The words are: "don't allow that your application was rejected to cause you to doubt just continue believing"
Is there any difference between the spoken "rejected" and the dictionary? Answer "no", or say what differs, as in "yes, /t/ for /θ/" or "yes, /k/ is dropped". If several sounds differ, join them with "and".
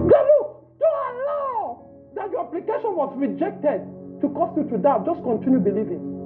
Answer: no